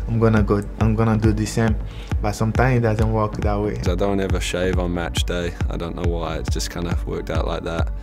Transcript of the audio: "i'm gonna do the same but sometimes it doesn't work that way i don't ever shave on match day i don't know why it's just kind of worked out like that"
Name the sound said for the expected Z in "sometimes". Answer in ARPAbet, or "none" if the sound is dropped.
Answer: none